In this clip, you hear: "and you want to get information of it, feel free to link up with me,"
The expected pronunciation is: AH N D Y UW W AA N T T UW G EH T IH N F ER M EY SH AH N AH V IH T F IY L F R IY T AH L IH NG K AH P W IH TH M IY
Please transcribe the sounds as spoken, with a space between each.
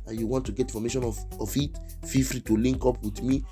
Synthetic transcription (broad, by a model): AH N Y UW W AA N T T UW G EH T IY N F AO M EY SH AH N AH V IH T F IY F R IY T AH L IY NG K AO P W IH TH M IY